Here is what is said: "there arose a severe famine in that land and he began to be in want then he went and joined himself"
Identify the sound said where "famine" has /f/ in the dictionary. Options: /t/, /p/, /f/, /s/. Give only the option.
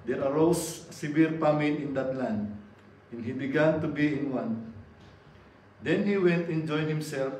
/p/